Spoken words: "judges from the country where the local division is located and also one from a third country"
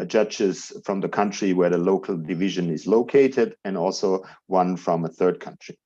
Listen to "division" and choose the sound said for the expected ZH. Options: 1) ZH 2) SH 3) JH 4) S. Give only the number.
1